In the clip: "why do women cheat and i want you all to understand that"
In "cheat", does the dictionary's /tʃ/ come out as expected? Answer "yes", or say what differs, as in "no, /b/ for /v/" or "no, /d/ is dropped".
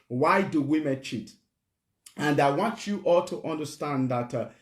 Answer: yes